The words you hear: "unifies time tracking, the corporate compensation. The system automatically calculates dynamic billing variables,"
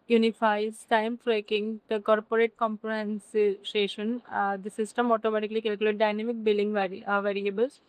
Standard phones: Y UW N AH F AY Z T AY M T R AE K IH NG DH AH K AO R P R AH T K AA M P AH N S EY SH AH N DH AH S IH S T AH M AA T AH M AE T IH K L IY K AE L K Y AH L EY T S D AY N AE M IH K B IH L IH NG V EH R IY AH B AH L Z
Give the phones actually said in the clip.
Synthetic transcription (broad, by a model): Y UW N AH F AY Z T AY M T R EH K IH NG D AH K AO R P R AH T K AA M P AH N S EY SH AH N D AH S IH S T AH M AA T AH M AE T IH K L IY K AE L K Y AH L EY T D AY N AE M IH K B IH L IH NG V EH R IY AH B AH L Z